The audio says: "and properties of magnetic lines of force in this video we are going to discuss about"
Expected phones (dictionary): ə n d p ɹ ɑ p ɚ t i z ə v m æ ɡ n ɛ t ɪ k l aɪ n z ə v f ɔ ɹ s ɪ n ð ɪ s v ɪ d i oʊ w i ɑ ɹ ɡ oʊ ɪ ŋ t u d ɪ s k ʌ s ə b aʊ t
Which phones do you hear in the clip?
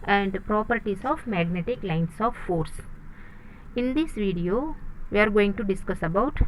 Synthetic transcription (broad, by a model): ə n d p ɹ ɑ p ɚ t i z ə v m æ ɡ n ɛ t ɪ k l aɪ n s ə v f ɔ ɹ s ɪ n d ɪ s v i d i oʊ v i ɑ ɹ ɡ oʊ ɪ ŋ t u d ɪ s k ʌ s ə b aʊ t